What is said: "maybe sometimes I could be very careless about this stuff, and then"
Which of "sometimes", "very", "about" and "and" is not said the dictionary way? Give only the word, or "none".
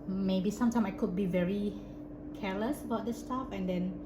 sometimes